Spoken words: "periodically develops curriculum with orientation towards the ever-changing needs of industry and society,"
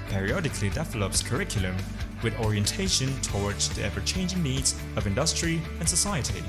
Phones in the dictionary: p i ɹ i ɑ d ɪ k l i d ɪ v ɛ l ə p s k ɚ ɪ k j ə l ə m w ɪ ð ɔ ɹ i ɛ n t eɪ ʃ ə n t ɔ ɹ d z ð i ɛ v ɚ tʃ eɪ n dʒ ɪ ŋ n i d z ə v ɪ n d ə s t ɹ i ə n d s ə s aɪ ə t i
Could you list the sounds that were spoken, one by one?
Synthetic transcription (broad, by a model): p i ɹ i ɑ d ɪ k l i d ɪ v ɛ l ə p s k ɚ ɪ k j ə l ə m w ɪ ð ɔ ɹ i ɛ n t eɪ ʃ ə n t ɔ ɹ d z ð i ɛ v ɚ tʃ eɪ n dʒ ɪ ŋ n i d z ə v ɪ n d ə s t ɹ i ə n s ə s aɪ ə t i